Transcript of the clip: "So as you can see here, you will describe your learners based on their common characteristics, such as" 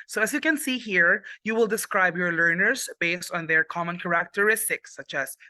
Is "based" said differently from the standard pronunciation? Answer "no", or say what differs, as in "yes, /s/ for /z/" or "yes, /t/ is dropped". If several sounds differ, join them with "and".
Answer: no